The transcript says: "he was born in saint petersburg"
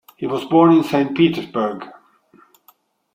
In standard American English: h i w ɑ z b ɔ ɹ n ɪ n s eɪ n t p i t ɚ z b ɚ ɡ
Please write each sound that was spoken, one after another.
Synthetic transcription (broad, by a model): h i w ɑ z b ɔ ɹ n ɪ n s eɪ n p i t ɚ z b ɚ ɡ